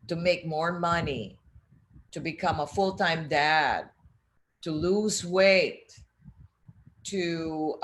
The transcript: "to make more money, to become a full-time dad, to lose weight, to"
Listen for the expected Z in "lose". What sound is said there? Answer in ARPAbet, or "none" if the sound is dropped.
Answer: Z